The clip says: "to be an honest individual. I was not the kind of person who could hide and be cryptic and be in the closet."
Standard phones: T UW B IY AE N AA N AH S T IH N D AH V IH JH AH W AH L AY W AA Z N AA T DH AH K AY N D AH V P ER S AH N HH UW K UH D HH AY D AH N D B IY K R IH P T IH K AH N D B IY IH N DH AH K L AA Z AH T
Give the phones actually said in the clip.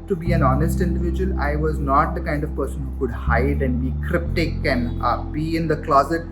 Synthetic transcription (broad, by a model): T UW B IY AE N AA N AH S T IH N D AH V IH JH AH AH L AY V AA Z N AA T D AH K AY N D AH V P ER S AH N HH UW K UH D HH AY D AH N D B IY K R IH P T IH K AH N D B IY IH N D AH K L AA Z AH T